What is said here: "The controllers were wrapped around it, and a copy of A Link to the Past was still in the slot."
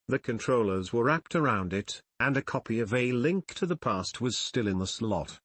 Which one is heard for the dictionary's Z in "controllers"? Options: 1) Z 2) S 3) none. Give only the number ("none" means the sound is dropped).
1